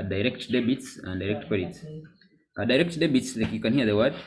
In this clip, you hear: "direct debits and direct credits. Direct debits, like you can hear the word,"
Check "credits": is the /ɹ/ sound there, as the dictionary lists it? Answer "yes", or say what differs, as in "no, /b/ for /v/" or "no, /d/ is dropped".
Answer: no, /ɹ/ is dropped